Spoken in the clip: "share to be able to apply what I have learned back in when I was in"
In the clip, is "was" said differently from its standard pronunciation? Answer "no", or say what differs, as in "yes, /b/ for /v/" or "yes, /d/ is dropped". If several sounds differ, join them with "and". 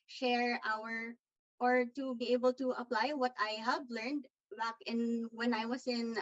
yes, /s/ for /z/